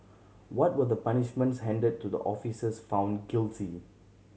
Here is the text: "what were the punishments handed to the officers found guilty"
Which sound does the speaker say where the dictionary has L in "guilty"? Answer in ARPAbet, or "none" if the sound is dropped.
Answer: L